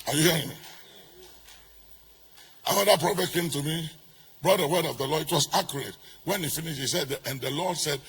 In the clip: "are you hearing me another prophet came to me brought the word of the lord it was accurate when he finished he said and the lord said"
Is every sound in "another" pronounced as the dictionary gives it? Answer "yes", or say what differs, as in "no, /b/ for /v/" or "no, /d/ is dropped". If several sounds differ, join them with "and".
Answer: no, /n/ is dropped